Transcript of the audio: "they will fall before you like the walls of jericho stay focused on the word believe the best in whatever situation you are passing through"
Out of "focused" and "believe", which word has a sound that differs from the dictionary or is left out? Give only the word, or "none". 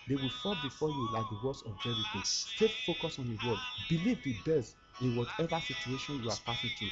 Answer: focused